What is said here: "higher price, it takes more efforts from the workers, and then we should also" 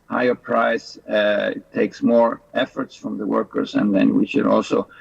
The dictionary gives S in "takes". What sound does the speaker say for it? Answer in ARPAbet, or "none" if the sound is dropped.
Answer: S